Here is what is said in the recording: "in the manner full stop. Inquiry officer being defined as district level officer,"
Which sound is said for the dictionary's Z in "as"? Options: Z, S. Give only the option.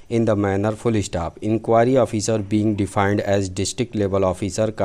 Z